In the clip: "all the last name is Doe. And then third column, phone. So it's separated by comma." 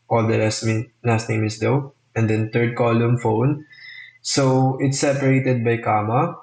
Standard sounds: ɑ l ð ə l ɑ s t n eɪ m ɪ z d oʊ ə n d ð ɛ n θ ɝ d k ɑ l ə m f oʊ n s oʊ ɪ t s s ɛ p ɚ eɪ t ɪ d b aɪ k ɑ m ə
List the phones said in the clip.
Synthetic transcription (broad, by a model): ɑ l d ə n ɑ s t n eɪ m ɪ s d oʊ ə n d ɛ n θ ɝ d k ɑ l ə m f oʊ n s oʊ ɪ t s s ɛ p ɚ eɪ t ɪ d b aɪ k ɑ m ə